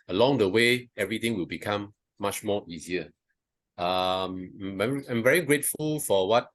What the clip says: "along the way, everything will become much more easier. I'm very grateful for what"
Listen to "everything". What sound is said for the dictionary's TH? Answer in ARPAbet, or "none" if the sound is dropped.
T